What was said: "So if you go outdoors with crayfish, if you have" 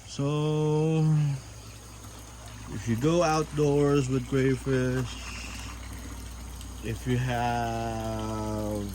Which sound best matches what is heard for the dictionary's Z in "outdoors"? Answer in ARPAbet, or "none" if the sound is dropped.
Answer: Z